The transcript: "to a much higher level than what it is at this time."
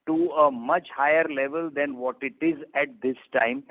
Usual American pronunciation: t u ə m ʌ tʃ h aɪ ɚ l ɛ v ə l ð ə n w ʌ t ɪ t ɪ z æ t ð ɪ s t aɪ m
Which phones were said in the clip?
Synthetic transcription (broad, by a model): t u ə m ʌ tʃ h aɪ ɚ l ɛ v ə l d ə n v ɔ t ɪ t ɪ z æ t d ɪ s t aɪ m